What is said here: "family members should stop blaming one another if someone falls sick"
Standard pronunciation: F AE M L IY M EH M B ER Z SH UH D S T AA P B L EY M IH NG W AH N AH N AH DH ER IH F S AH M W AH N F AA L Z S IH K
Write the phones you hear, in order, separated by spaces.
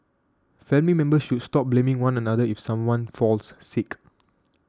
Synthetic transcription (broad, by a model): F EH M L IY M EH M B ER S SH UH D S T AA P B L EY M IH NG W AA N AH N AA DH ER IH F S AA M W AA N F AA L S S IH K